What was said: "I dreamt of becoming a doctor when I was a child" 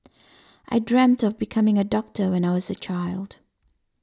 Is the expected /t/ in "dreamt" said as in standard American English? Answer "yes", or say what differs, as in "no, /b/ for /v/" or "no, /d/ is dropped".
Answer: yes